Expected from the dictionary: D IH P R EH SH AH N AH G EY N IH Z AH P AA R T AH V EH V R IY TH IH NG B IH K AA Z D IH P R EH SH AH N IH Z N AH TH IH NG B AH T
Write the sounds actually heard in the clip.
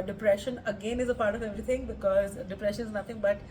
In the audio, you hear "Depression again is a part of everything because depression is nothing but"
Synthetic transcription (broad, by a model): D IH P R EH SH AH N AH G EY N IH Z AH P AA R T AH V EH V R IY T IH NG B IH K AA Z D IH P R EH SH AH N IH Z N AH T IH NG B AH T